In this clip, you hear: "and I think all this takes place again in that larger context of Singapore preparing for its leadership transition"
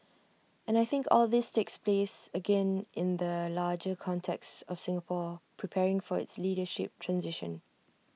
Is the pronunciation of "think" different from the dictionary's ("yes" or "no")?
no